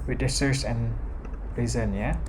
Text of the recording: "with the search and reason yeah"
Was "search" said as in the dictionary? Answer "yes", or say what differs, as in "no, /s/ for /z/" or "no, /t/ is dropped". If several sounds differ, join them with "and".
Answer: no, /s/ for /tʃ/